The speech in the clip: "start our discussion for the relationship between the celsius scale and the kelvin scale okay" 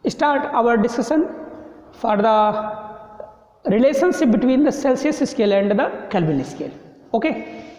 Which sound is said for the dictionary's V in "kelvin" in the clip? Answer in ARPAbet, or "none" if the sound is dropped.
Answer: B